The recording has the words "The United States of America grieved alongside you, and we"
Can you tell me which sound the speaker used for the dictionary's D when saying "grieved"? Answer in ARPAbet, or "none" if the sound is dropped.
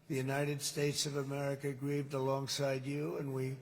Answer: D